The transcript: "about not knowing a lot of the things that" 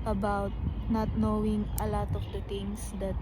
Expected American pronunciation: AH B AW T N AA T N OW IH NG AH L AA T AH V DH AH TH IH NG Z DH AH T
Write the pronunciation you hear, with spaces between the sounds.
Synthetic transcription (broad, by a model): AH B AW T N AA T N OW IH NG AH L AA T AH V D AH T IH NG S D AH T